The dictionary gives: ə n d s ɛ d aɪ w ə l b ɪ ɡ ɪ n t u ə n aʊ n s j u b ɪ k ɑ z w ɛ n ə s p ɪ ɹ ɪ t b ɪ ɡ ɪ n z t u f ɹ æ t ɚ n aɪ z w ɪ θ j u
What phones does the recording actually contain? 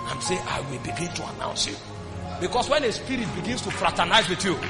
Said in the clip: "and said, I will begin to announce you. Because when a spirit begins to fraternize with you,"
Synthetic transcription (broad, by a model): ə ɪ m s ɛ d aɪ w ə l b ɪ ɡ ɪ n t u ə n aʊ n s j u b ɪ k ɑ s w ɛ n ə s p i ɹ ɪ t b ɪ ɡ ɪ n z t u f ɹ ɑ t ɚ n aɪ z w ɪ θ j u